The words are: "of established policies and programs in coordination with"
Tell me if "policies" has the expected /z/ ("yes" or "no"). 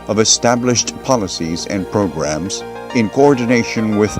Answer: yes